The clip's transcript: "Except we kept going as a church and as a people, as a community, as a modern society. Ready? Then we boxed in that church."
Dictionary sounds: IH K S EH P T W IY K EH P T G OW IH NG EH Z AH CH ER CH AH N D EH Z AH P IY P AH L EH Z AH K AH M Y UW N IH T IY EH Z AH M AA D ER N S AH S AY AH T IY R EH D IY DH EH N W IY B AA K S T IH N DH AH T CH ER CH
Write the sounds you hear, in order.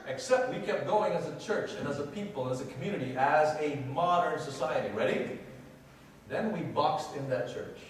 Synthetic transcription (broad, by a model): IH K S EH P T W IY K EH P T G OW IH NG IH Z AH CH ER CH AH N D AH Z AH P IY P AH L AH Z AH K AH M Y UW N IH T IY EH Z AH M AA D ER N S AH S AY AH T IY R EH D IY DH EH N W IY B AA K S T IH N DH AH T CH ER CH